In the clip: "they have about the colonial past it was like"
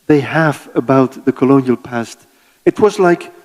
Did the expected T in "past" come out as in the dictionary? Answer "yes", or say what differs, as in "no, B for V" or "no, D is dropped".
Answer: yes